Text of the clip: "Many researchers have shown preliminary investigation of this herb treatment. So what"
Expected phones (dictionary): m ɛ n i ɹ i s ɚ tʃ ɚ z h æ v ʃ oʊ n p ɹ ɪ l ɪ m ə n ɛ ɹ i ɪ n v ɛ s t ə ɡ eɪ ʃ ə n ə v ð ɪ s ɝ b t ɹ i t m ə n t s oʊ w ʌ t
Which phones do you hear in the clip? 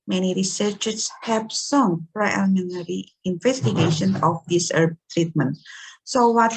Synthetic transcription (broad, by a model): m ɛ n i ɹ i s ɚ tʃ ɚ s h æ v s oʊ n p ɹ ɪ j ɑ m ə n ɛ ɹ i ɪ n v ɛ s t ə ɡ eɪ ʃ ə n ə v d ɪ s ɝ b t ɹ i t m ə n t s oʊ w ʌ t